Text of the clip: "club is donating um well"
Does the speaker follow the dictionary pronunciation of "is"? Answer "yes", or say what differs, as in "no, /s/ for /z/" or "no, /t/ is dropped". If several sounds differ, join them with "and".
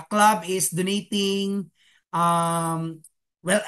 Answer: no, /s/ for /z/